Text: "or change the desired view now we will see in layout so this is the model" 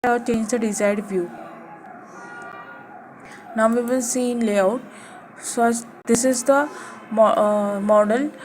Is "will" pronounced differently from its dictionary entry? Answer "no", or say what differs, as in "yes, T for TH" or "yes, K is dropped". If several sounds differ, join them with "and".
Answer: yes, N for L